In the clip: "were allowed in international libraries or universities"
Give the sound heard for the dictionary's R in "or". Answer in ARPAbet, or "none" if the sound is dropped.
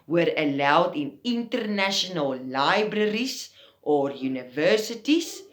R